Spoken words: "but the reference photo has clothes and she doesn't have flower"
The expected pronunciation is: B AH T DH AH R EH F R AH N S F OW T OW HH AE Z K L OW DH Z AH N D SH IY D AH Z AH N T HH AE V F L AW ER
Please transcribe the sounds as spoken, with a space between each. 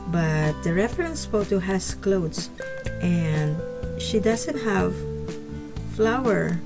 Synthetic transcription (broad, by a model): B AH T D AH R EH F R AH N S P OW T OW HH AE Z K L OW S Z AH N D SH IY D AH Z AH N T HH AE V F L AW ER